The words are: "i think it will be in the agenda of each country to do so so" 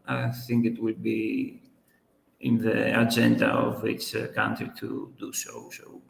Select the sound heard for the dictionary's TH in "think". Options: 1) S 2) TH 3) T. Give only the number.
2